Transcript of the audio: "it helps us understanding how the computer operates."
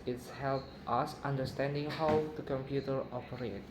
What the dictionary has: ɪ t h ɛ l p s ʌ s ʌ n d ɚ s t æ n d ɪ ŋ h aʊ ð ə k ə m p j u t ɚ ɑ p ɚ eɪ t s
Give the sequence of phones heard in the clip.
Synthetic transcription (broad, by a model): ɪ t h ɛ l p ʌ s ʌ n d ɚ s t æ n d ɪ ŋ h aʊ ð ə k ə m p j u t ɚ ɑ p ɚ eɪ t